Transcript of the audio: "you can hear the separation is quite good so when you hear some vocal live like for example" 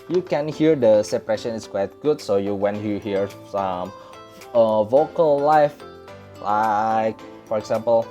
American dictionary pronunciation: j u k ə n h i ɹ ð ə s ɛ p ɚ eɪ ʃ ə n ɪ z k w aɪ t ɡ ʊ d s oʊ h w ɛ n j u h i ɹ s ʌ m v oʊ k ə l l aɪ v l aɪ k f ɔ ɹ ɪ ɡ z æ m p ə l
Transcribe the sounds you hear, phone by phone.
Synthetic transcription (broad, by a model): j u k ə n h i ɹ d ə s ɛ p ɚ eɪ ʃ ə n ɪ s k w aɪ t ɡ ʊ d s oʊ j w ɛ n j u h i ɹ s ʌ m v oʊ k ə l l aɪ f l aɪ k f ɔ ɹ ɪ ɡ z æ m p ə l